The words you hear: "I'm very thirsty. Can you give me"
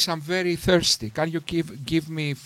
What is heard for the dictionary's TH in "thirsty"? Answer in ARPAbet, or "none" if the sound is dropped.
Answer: TH